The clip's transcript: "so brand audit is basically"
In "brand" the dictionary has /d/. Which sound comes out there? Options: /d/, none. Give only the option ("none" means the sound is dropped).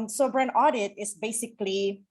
none